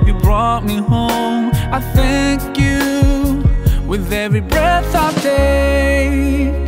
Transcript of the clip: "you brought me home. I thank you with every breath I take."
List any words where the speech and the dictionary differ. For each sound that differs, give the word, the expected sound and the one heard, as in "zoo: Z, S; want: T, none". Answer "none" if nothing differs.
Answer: none